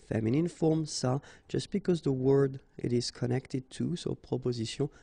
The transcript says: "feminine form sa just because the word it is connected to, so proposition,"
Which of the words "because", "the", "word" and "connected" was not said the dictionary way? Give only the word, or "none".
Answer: none